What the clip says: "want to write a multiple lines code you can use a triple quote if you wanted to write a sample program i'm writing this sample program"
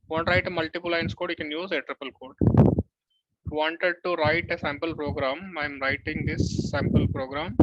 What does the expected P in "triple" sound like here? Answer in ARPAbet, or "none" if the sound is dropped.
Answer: P